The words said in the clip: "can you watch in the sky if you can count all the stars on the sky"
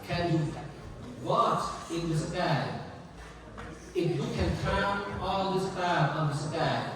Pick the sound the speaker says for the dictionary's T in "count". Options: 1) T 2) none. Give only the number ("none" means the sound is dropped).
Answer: 2